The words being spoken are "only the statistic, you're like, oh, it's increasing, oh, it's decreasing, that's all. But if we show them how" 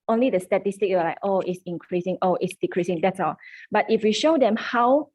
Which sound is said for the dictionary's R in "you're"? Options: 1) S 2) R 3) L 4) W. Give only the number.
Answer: 4